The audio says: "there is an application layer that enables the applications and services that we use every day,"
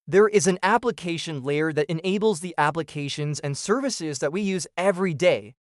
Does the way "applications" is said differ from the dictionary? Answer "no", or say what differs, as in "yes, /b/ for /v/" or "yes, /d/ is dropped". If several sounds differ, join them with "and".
no